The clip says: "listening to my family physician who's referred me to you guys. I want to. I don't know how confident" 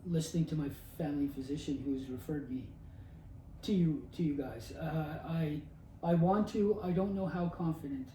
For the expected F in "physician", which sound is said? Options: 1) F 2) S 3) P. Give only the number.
1